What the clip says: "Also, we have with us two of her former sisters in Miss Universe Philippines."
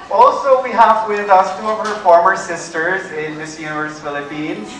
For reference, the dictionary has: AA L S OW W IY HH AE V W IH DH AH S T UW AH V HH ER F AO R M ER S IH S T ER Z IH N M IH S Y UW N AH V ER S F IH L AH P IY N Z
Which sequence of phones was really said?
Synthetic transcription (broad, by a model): AA L S OW W IY HH AE V W IH DH AH S T UW AH V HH ER F AO R M ER S IH S T ER Z IH N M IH S Y UW N AH V ER S F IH L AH P IY N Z